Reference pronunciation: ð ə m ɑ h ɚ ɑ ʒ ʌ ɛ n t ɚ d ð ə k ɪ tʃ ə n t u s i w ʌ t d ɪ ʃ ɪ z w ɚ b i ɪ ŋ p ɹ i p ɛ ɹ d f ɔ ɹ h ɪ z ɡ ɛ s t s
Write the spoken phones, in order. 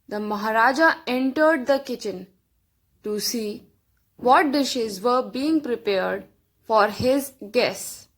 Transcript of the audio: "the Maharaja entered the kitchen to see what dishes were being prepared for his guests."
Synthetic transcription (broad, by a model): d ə m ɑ h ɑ ɑ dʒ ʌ ɛ n t ɚ d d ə k ɪ tʃ ə n t u s i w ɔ t d ɪ ʃ ɪ z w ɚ b i ɪ ŋ p ɹ i p ɛ ɹ d f ɔ ɹ h ɪ z ɡ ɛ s s